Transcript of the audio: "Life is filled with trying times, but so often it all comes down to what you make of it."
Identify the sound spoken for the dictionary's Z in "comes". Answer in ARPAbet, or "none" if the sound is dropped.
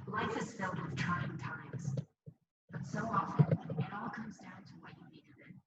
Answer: Z